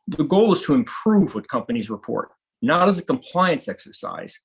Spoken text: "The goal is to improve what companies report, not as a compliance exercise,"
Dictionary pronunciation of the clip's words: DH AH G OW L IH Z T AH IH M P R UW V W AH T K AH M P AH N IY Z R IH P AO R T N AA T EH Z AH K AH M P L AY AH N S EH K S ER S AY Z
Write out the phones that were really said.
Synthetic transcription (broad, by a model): DH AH G OW L IH Z T AH IH M P R UW V W AH T K AH M P AH N IY Z R IH P AO R T N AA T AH Z AH K AH M P L AY AH N S EH K S ER S AY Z